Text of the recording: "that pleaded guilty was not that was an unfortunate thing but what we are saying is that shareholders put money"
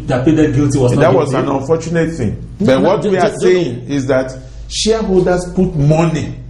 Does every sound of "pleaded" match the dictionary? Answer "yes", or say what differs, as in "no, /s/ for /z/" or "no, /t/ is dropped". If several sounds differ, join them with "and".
no, /l/ is dropped